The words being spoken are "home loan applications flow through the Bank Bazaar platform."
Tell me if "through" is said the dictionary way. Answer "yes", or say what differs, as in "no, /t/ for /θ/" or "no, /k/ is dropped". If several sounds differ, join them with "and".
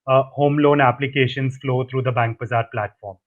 no, /t/ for /θ/